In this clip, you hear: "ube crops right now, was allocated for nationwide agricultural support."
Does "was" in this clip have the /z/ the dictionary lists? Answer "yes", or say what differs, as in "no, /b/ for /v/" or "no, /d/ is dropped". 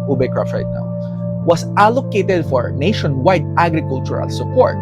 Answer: no, /s/ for /z/